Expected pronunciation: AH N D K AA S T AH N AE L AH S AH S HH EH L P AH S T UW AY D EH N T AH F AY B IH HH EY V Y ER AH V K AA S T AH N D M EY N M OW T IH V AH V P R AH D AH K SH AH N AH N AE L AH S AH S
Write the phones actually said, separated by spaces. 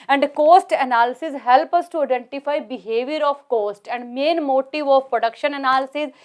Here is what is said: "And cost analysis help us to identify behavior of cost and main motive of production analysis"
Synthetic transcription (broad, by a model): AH N D K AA S T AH N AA L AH S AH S HH EH L P AH S T UW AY D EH N T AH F AY B IH HH EY V Y ER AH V K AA S T AH N D M EY N M OW T IH V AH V P R AH D AH K SH AH N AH N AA L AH S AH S